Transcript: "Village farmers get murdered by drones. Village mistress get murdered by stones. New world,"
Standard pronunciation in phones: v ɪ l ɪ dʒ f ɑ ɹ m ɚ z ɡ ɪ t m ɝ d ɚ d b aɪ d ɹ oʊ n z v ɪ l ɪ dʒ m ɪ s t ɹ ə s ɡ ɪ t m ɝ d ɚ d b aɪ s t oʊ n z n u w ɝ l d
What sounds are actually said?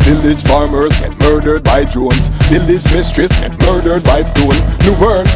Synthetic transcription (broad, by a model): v ɪ l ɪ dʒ f ɑ ɹ m ɚ z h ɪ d m ɝ d ɚ d b aɪ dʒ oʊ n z v ɪ l ɪ dʒ m ɪ s t ɹ ə s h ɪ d m ɝ d ɚ d b aɪ s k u l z n u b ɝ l